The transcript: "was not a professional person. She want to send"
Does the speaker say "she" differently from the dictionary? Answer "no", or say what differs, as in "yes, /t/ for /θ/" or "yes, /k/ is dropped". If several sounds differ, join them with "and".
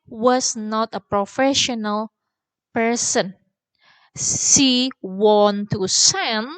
yes, /s/ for /ʃ/